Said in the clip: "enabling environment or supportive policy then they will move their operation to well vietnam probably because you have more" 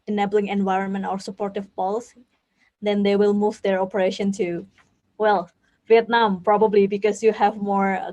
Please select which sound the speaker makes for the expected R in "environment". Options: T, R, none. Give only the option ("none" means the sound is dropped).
R